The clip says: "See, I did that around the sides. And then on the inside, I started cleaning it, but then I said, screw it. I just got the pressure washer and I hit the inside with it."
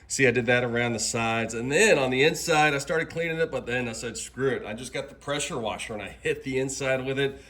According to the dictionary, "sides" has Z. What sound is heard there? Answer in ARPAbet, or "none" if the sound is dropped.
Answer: Z